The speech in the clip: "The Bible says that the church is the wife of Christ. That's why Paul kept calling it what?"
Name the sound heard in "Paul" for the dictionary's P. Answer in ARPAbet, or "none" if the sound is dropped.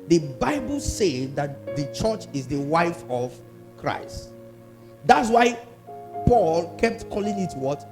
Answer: P